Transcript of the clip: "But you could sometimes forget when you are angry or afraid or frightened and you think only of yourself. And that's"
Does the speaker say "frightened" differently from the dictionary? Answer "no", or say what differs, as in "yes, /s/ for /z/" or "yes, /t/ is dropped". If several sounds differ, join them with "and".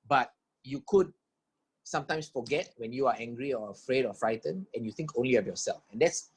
yes, /d/ is dropped